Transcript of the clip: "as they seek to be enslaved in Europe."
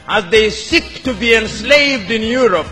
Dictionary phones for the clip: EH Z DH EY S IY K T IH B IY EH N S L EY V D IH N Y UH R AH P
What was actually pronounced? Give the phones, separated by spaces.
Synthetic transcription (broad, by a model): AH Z DH EY S IY K T IH B IY EH N S L EY V D IH N Y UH R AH P